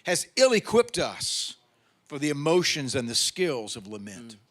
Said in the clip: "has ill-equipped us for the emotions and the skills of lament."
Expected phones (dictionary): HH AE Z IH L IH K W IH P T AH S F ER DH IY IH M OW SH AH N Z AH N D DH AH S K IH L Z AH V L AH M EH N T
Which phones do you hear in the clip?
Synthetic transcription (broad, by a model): HH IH Z IH L IH K W IH P T AH S F ER DH IY IH M OW SH AH N Z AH N DH AH S K IH L Z AH V L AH M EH N T